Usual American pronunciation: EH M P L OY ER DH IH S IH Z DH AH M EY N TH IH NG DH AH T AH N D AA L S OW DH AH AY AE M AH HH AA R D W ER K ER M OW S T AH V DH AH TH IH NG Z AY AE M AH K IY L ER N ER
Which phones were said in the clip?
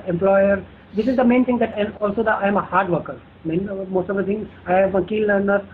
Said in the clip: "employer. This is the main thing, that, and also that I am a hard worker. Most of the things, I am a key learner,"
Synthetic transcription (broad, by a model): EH M P L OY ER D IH S IH Z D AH M EY N T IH NG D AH T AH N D AA L S OW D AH AY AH M AH HH AA R D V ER K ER M OW S T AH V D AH T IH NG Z AY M AH K IY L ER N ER